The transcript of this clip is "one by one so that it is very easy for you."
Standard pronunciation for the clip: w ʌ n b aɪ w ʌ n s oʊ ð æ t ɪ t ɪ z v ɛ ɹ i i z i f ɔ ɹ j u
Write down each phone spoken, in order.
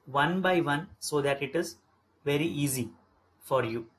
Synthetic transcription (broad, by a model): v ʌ n b aɪ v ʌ n s oʊ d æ t ɪ t ɪ z v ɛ ɹ i i z i f ɔ ɹ j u